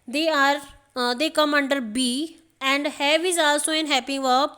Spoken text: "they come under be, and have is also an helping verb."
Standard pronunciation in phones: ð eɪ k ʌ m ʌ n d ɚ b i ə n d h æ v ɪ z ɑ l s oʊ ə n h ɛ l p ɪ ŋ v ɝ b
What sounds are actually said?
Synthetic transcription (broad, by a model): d eɪ k ʌ m ʌ n d ɚ b i ə n d h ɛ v ɪ z ɑ l s oʊ ə n h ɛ p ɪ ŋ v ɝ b